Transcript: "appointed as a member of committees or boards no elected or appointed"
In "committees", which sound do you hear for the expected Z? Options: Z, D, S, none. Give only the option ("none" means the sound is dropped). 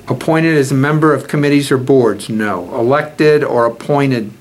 Z